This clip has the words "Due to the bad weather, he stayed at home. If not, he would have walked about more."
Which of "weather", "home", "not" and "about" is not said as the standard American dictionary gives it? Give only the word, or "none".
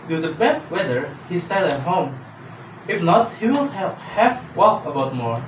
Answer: none